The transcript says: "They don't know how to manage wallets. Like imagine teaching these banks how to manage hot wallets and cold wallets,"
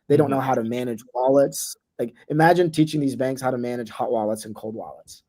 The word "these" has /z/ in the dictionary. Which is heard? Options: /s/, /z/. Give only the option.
/z/